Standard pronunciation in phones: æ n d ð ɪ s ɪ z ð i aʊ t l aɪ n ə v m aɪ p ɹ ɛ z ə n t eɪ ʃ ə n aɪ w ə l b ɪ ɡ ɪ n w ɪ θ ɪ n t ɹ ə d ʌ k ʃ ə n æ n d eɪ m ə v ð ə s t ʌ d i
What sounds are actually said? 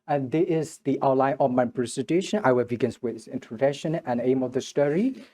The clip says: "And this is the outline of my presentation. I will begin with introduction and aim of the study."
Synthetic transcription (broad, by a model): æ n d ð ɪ ɪ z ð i aʊ t l aɪ n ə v m aɪ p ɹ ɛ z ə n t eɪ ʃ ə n aɪ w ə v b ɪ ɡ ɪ n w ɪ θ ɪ n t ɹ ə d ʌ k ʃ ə n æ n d eɪ m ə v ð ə s t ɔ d i